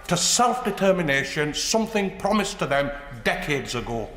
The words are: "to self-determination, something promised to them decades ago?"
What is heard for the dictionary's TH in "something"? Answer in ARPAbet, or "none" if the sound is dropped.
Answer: TH